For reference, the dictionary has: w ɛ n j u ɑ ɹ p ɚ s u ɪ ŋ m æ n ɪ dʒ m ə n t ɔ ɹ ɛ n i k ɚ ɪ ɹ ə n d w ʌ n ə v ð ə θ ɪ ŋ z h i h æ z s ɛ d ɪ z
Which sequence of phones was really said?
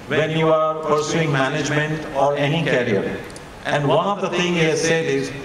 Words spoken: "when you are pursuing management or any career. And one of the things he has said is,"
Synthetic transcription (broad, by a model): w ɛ n j u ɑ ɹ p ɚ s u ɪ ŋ m æ n ɪ dʒ m ə n t ɔ ɹ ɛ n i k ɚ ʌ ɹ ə n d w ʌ n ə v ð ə t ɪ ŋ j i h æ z s ɛ d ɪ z